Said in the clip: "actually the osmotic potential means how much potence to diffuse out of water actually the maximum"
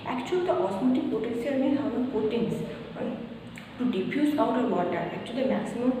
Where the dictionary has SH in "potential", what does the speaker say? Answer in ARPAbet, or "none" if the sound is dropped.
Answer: S